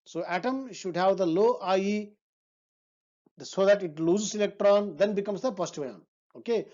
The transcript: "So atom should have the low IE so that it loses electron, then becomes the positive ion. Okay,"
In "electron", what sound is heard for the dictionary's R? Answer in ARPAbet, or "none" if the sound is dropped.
R